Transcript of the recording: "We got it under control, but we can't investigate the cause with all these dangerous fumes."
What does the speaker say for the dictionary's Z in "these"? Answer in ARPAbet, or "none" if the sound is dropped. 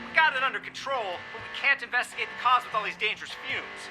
Z